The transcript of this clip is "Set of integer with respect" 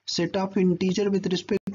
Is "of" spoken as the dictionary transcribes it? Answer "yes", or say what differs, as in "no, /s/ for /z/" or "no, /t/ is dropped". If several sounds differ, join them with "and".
no, /p/ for /v/